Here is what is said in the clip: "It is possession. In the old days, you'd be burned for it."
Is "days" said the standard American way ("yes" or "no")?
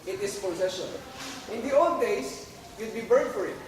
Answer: no